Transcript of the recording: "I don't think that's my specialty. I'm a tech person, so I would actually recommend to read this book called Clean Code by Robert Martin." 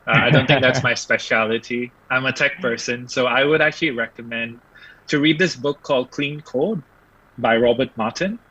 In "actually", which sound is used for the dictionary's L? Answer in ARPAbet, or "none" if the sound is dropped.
L